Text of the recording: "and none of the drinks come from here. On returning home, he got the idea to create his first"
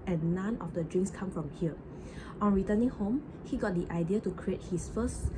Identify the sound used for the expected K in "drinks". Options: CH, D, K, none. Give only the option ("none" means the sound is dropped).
none